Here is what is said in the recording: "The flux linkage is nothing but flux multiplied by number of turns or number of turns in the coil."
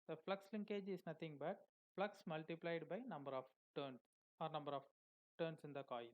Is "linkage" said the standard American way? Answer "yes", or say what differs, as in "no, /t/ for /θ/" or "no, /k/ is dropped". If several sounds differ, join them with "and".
yes